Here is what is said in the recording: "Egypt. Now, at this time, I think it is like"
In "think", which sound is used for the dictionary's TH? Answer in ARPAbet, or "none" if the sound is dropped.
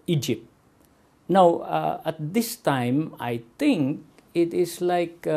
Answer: T